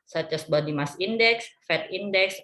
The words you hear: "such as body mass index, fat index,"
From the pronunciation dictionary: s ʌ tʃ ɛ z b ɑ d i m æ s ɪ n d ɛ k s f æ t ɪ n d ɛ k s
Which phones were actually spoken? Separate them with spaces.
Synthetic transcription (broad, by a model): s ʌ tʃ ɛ s b ɑ d i m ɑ s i n d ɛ k s f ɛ t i n d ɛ k s